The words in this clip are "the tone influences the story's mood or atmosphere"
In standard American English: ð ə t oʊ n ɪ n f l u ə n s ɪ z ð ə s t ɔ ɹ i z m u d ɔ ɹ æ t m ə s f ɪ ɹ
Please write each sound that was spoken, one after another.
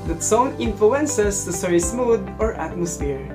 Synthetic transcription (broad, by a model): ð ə t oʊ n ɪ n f l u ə n s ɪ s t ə s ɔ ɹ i s m u d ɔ ɹ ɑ t m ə s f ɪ ɹ